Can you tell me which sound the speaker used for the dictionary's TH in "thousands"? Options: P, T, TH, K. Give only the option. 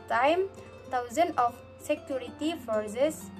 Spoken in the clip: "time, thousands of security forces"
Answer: T